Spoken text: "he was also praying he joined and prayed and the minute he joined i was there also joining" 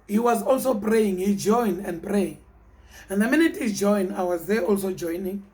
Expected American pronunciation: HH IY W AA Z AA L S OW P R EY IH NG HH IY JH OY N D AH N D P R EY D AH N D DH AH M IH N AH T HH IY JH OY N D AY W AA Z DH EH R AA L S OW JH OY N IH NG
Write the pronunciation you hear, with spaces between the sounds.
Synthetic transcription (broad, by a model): HH IY W AA Z AA L S OW P R EY IH NG HH IY JH OY N D AH N D P R EY AH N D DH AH M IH N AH T HH IY JH OY N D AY W AA Z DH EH AA L S OW JH OY N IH NG